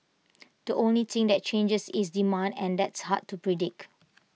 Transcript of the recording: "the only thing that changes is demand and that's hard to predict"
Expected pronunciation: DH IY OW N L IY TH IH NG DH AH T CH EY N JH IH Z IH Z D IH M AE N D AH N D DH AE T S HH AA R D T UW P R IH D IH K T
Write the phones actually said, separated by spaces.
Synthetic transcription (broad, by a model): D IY OW N L IY T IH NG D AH T CH EY N JH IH S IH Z D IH M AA N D AH N D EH T S HH AA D T UW P R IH D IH K